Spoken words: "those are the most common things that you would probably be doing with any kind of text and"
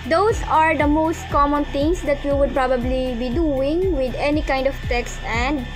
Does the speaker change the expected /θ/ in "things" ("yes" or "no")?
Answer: yes